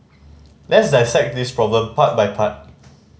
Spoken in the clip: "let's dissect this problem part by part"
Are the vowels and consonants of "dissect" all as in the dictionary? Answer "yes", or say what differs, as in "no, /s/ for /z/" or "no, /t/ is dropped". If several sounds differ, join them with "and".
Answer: yes